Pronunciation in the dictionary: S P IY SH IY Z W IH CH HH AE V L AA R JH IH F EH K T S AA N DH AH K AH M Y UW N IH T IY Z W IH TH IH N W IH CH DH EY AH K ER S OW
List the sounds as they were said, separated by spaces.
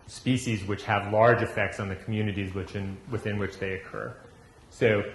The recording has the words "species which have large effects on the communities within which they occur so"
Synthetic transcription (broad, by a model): S P IY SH IY Z W IH CH HH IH V L AA R JH IH F EH K T S N DH AH K M Y UW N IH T IY Z W IH TH IH N W IH CH DH EY AH K ER S OW